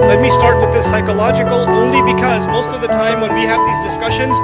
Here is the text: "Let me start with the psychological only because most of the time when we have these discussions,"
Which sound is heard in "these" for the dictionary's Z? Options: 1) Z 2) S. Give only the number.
1